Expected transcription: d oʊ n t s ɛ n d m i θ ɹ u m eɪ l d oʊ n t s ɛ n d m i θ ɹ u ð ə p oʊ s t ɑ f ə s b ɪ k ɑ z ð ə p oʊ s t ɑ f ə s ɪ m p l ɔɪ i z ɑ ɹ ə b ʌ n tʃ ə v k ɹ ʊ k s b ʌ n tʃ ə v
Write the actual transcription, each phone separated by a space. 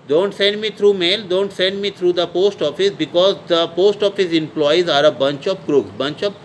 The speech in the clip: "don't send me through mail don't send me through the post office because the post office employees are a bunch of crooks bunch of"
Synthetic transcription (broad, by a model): d oʊ n t s ɛ n d m i t ɹ u m eɪ l d oʊ n t s ɛ n d m i t ɹ u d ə p oʊ s t ɑ f ə s b ɪ k ɑ z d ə p oʊ s t ɑ f ə s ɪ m p l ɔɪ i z ɑ ɹ ə b ʌ n tʃ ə p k ɹ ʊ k b ʌ n tʃ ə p